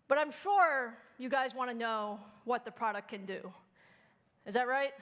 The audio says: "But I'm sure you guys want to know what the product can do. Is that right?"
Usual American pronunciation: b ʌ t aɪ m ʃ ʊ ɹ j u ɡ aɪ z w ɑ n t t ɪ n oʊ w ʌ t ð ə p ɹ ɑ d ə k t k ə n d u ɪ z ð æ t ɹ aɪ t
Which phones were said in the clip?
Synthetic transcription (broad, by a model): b ʌ t aɪ m ʃ ʊ ɹ j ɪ ɡ aɪ z w ɑ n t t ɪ n oʊ w ʌ t ð ə p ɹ ɑ d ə k k ə n d u ɪ z ð æ t ɹ aɪ t